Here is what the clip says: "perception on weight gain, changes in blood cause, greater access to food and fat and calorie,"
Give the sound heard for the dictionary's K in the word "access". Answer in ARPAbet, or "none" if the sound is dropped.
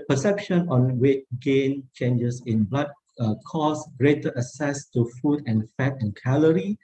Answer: none